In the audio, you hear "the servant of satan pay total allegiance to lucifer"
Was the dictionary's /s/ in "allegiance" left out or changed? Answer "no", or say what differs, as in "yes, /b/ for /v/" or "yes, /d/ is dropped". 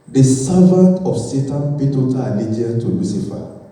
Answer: yes, /s/ is dropped